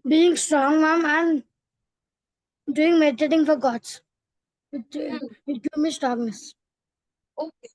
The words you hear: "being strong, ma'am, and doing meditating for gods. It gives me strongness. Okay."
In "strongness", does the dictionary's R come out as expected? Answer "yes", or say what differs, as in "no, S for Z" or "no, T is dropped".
no, R is dropped